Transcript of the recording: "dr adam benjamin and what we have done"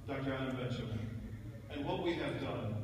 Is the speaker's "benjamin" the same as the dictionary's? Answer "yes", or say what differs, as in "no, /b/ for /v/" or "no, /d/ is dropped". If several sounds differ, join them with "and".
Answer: no, /tʃ/ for /dʒ/ and /n/ is dropped